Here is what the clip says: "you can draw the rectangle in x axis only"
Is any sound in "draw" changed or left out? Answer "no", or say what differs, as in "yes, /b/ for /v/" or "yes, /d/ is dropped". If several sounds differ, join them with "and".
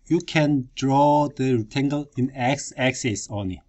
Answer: no